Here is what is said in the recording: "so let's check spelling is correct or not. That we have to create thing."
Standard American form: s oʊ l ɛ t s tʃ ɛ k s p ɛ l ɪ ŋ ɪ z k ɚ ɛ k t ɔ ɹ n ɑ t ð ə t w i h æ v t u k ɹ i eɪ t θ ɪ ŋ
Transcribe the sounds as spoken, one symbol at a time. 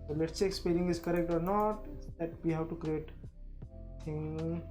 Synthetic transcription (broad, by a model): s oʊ l ɛ t s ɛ k s p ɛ n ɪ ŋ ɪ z k ɚ ɛ k t ɔ ɹ n ɑ t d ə t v i h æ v t u k ɹ i eɪ t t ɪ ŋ